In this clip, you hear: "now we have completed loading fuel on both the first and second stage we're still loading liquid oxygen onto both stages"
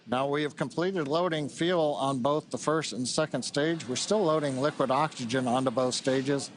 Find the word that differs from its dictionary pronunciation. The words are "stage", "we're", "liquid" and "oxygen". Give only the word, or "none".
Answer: none